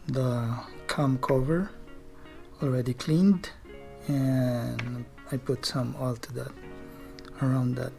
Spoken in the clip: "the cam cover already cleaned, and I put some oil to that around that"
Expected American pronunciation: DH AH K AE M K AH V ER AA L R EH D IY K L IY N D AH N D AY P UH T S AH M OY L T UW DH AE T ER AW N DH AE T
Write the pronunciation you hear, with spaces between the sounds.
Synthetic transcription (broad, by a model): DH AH K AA M K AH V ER AA L R EH D IY K L IY N D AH N AY P UH T S AH M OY L T UW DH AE T ER AW N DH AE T